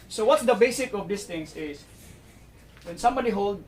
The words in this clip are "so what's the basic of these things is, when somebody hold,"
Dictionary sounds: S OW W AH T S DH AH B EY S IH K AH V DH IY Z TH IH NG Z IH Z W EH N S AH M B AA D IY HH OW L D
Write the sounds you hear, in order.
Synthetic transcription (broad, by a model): S OW W AH T S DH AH B EY S IH K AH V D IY S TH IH NG S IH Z W EH N S AH M B AA D IY HH OW L D